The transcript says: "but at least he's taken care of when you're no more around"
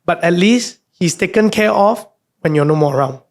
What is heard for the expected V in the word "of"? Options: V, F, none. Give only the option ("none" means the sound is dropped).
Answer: F